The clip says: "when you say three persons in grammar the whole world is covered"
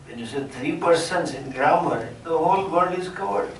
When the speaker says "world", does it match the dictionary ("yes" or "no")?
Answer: no